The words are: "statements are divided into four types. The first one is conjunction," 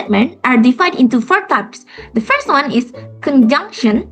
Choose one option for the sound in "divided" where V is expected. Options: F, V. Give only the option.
F